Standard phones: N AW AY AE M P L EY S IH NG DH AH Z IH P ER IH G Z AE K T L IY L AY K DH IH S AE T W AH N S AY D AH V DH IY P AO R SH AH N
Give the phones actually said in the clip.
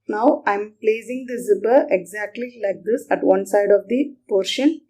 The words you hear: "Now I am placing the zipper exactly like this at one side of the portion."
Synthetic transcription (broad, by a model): N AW AY M P L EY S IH NG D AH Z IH B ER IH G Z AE K T L IY L AY K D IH S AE T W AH N S AY D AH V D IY P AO R SH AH N